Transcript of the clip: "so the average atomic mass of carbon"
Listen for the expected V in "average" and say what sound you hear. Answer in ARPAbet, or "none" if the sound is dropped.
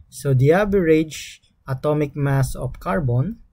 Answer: B